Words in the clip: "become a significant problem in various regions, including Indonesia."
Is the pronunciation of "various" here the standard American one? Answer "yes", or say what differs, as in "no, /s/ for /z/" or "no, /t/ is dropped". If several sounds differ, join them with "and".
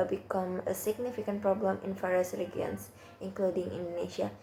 no, /f/ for /v/